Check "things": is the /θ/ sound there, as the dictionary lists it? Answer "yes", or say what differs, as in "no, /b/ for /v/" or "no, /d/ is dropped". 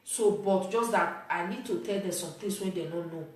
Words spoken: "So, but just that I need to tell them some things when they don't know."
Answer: no, /t/ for /θ/